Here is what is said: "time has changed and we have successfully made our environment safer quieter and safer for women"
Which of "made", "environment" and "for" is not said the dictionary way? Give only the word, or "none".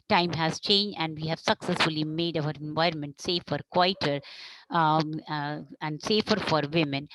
none